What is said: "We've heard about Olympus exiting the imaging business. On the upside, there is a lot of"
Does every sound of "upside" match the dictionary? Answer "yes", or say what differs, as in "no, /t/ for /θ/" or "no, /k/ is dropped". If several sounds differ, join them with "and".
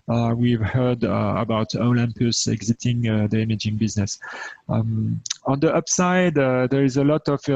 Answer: yes